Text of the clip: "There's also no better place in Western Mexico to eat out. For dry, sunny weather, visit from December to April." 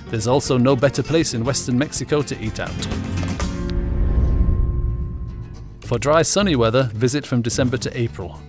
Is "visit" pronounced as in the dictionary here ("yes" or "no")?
yes